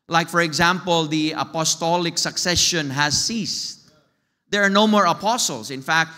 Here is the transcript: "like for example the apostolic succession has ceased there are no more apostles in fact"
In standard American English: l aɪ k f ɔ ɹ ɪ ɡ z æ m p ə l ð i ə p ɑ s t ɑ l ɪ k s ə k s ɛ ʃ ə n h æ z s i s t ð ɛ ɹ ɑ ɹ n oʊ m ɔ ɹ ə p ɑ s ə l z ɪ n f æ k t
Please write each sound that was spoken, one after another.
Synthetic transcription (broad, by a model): l aɪ k f ɔ ɹ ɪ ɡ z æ m p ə l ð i ə p ɑ s t ɑ l ɪ k s ə k s ɛ ʃ ə n h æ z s i s t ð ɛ ɹ ɑ ɹ n oʊ m ɔ ɹ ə p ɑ s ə l s ɪ n f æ k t